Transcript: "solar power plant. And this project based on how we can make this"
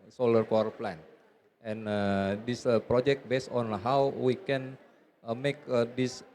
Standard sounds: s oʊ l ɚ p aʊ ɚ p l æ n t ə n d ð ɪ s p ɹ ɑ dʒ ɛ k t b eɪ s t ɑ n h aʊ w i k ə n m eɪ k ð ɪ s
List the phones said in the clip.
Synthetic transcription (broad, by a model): s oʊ l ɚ f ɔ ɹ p l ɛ n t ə n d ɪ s p ɹ ɑ dʒ ɛ k t b eɪ s t ɑ n h aʊ w i k ə n m eɪ k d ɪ s